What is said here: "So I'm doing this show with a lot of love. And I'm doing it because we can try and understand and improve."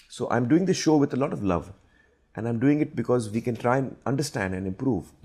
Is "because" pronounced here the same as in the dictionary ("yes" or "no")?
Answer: yes